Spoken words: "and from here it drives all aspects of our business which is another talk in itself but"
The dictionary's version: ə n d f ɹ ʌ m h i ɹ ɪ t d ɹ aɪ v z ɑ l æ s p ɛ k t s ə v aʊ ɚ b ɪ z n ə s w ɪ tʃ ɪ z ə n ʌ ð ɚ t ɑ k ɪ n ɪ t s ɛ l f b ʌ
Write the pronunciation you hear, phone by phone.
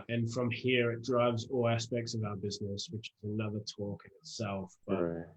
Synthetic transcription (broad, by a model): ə n f ɹ ʌ m h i ɹ ɪ t d ɹ aɪ v z ɑ l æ s p ɛ k t s ə v aʊ ɚ b ɪ z n ə s w ɪ tʃ ɪ z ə n ʌ ð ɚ t ɑ k ɪ n ɪ t s ɛ l f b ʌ